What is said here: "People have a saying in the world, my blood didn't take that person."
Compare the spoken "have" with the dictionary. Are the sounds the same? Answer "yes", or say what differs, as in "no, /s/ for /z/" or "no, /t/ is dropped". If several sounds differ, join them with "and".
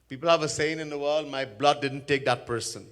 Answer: yes